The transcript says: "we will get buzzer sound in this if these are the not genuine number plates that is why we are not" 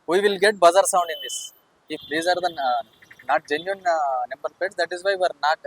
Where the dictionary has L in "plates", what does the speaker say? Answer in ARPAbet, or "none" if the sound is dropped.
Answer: none